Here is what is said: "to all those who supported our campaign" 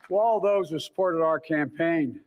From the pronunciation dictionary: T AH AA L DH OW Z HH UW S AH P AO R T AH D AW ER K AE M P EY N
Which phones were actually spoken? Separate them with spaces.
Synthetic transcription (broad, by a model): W AA L DH OW Z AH S AH P AO R T AH D AW ER K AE M P EY N